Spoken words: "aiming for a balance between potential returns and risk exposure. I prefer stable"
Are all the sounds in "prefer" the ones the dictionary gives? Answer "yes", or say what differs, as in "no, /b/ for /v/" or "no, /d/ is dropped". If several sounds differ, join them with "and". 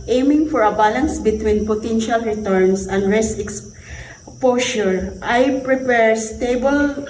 no, /p/ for /f/